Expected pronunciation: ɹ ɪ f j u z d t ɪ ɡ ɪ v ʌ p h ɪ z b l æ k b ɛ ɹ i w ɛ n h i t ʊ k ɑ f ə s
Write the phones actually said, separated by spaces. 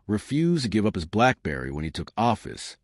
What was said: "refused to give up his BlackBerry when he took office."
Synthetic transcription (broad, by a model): ɹ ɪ f j u z t ɪ ɡ ɪ v ʌ p h ɪ z b l æ k b ɛ ɹ i w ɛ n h i t ʊ k ɑ f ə s